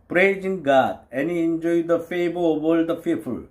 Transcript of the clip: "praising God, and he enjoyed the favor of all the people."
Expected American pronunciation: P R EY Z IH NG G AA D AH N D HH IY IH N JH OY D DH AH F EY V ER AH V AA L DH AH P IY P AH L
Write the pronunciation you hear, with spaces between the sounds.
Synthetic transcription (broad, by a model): P R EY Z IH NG G AA D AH N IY IH N JH OY D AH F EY B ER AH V AA L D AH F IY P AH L